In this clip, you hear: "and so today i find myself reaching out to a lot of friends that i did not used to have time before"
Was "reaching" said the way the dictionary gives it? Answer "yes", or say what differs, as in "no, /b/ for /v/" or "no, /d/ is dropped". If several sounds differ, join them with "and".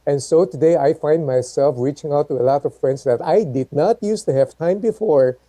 yes